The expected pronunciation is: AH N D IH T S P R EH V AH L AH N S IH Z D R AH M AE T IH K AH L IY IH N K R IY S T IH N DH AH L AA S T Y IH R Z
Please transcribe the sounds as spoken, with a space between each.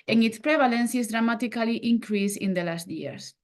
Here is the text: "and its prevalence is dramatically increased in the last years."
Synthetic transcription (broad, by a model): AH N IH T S P R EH B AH L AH N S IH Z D R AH M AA T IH K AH L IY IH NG K R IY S IH N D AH L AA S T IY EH R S